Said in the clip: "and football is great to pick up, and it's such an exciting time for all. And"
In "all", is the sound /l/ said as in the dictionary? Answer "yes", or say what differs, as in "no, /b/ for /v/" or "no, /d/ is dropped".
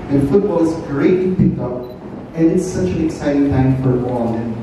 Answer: no, /n/ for /l/